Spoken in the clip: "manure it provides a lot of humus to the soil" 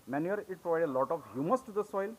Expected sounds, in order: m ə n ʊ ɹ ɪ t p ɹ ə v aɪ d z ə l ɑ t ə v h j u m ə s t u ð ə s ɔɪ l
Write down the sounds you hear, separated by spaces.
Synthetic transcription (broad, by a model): m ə n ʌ ɹ ɪ t p ɹ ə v aɪ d ə l ɑ t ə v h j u m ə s t u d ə s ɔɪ l